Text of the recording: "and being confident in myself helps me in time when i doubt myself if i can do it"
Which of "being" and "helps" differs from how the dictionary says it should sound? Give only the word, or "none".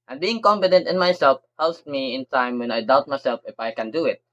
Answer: helps